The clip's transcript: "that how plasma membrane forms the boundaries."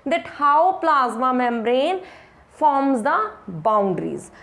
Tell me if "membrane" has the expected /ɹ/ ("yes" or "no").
yes